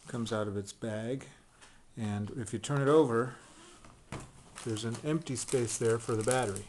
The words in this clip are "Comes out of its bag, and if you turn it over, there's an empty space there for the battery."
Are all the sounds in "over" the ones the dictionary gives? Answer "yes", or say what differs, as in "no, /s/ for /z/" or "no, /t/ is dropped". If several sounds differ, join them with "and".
yes